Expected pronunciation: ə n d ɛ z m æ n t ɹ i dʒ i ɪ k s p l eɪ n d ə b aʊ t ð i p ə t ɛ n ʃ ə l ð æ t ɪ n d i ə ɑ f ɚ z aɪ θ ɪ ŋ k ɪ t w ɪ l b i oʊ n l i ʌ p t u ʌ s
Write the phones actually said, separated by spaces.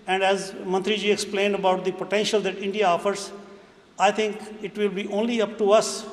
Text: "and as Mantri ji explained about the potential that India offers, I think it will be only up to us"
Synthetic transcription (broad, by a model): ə n d ɛ z m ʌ n t ɹ i dʒ i ɪ k s p l eɪ n d ə b aʊ t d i p ə t ɛ n ʃ ə l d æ t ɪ n d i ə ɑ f ɚ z aɪ t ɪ ŋ k ɪ t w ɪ l b i oʊ n l i ʌ p t u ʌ s